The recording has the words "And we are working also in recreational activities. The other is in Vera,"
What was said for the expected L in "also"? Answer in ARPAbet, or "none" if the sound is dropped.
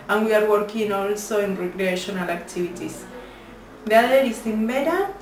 L